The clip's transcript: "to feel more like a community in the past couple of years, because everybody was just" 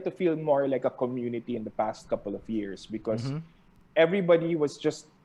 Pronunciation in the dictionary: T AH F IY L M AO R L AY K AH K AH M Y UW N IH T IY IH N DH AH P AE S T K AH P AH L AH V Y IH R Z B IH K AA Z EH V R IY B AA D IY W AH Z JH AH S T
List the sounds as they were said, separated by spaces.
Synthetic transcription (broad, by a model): T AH F IY L M AO R L AY K AH K AH M Y UW N IH T IY IH N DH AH P AE S T K AH P AH L AH V Y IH R S B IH K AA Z EH V R IY B AA D IY W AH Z JH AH S T